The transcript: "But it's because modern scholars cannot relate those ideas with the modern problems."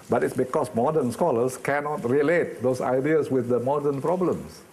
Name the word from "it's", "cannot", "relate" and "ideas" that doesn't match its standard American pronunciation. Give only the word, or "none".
ideas